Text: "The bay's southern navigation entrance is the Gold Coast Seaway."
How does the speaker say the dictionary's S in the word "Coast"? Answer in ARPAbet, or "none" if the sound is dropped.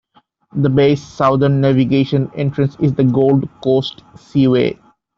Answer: S